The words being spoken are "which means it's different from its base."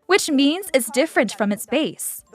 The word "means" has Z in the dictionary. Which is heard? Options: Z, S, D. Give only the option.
Z